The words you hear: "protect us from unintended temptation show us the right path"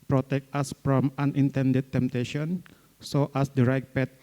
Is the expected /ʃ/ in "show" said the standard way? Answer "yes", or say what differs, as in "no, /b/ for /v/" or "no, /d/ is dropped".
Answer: no, /s/ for /ʃ/